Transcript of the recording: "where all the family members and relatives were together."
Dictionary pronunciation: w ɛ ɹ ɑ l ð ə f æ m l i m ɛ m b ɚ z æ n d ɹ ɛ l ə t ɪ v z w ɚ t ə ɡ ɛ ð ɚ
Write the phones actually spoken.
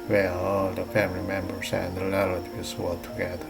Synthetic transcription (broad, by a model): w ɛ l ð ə f æ m l i m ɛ m b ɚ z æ n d l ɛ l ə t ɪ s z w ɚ t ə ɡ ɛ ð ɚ